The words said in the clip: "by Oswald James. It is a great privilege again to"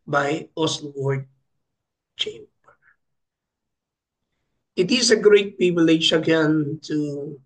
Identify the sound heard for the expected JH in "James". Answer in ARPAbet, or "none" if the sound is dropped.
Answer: CH